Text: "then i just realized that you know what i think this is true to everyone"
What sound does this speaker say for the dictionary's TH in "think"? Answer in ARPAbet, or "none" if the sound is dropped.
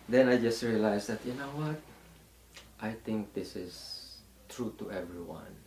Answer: T